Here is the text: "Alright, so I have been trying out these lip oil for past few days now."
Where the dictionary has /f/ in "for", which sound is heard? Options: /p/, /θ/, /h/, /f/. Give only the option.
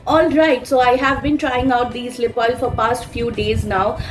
/f/